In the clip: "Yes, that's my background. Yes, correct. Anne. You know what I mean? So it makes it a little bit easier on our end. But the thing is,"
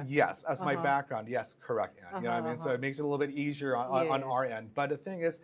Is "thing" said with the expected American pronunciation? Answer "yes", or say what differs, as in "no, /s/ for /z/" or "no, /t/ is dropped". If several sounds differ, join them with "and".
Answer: yes